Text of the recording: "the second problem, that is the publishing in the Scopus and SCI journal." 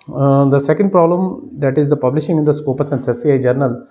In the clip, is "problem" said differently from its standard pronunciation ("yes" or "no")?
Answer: no